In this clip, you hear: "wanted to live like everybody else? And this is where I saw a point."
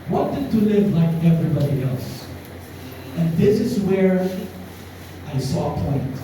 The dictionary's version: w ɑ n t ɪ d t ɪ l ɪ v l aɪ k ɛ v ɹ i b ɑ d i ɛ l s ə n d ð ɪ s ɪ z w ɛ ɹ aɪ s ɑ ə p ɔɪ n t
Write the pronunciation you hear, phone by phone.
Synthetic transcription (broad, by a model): w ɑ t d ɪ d t ɪ l ɪ v l aɪ k ɛ v ɹ i b ɑ d i ɛ l s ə n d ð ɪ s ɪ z w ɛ ɹ aɪ s ɑ ə p ɔɪ n t